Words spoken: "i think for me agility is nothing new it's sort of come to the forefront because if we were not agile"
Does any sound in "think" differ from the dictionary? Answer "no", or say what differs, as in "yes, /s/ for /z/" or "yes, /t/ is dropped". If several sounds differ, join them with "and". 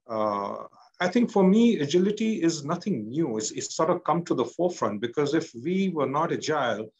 yes, /t/ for /θ/